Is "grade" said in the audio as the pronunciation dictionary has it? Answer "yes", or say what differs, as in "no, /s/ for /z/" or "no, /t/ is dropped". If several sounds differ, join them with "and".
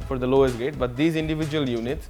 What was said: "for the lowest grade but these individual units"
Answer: no, /ɹ/ is dropped